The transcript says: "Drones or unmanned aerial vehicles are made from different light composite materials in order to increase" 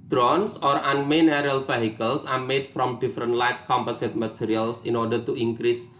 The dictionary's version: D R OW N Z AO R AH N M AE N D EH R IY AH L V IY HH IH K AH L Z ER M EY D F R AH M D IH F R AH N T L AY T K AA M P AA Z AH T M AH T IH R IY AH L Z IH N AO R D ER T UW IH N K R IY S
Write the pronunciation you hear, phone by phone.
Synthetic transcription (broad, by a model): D R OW N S AO R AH N M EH N EH R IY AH L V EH HH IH K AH L S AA M EY D F R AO M D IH F R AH N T L AY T K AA M P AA S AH T M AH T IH R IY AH L S IH N AO R D ER T UW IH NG K R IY S